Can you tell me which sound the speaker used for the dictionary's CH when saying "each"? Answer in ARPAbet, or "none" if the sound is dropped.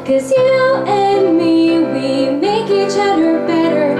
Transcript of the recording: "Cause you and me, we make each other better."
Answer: CH